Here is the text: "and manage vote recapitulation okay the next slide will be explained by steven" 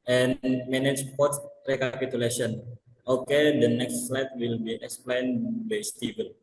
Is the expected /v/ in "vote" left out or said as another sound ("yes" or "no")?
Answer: yes